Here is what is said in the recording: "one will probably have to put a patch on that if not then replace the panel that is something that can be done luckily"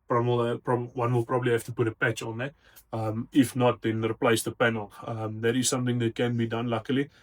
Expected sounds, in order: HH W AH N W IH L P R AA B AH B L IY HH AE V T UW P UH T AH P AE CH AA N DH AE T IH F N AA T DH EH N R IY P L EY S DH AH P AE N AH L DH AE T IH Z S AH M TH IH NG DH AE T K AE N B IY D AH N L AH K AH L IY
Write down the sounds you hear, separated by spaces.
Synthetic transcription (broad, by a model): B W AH N W IH L P R AA B AH B L IY HH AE F T UW P UH T AH P AE CH AA N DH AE T IH F N AA T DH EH N R IY P L EY S DH AH P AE N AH L DH AE T IH Z S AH M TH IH NG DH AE T K AE N B IY D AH N L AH K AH L IY